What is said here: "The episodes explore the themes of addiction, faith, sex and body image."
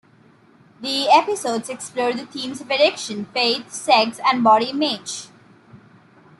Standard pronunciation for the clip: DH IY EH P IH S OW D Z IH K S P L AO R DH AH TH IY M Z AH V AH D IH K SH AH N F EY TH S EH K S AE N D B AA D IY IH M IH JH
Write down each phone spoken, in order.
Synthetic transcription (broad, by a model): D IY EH P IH S OW D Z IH K S P L AO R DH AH T IY M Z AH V AH D IH K SH AH N F EY T S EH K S AE N D B AA D IY IH M IH JH